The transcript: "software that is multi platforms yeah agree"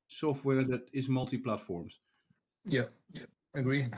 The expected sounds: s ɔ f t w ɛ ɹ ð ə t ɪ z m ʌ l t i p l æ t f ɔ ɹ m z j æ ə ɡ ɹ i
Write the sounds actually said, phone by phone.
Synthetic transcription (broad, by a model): s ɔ f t w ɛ ɹ ð ə t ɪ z m ʌ l t i p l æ t f ɔ ɹ m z j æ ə ɡ ɹ i